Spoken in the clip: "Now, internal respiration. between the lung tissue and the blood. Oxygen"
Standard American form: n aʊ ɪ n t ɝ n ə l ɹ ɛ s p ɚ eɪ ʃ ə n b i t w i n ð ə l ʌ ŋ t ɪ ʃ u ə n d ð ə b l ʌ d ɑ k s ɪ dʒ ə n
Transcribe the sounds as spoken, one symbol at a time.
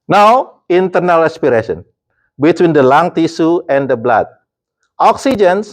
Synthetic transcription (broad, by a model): n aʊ ɪ n t ɝ n ə l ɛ s p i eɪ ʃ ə n b i t w i n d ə l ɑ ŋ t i s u ə n d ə b l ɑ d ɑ k s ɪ dʒ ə n